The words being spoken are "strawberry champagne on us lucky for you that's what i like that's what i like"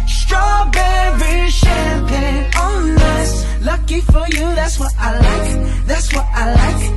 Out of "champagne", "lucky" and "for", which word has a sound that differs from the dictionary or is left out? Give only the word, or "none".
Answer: champagne